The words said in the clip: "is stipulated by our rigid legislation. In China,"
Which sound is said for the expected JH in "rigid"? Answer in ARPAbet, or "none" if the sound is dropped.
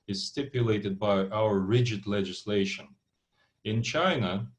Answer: JH